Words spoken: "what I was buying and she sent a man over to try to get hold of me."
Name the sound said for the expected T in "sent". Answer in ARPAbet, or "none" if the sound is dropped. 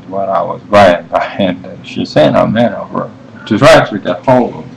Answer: none